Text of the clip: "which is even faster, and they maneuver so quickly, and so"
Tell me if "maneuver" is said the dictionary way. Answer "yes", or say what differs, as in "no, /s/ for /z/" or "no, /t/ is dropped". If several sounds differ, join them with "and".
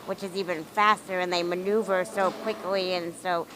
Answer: yes